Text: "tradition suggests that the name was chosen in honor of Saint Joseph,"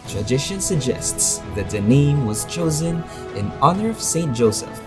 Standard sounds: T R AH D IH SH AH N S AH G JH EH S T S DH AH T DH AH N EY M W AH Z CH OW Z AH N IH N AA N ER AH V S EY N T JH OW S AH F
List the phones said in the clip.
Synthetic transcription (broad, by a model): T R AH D IH SH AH N S AH G JH EH S T S DH AH T DH AH N EY M W AH Z CH OW Z AH N IH N AA N ER AH V S EY N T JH OW S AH F